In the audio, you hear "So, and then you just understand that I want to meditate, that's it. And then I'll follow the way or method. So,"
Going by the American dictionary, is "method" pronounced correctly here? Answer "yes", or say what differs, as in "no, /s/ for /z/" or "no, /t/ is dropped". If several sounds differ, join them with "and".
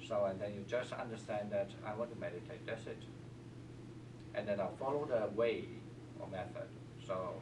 yes